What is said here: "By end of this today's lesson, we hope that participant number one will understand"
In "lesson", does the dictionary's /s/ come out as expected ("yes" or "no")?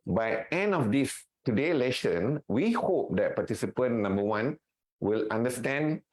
no